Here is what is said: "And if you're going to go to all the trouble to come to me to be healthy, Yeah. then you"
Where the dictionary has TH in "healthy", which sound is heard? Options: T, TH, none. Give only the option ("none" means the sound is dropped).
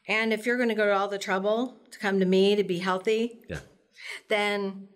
TH